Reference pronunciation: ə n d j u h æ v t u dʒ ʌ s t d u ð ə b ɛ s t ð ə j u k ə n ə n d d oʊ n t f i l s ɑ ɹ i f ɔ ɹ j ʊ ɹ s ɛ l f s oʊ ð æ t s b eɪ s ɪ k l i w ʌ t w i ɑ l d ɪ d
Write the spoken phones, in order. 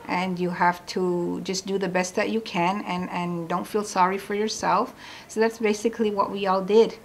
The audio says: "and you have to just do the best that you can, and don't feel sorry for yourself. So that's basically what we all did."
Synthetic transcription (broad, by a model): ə n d j u h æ f t u dʒ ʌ s d u ð ə b ɛ s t ð ə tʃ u k ə n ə n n d oʊ n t f i l s ɑ ɹ i f ɔ ɹ j ʊ ɹ s ɛ l f s oʊ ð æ t s b eɪ s ɪ k l i w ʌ t w i ɑ l d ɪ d